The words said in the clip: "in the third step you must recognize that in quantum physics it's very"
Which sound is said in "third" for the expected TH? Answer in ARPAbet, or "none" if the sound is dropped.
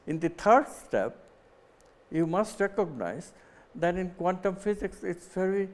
T